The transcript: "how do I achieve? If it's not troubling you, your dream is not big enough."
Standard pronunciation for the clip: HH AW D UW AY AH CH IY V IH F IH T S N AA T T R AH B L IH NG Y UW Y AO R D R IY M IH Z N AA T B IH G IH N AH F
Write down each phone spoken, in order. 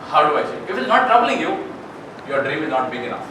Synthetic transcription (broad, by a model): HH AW D UW AY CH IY IH F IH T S N AA T T R AH B L IH NG Y UW Y AO R D R IY M IH Z N AA T B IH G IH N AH F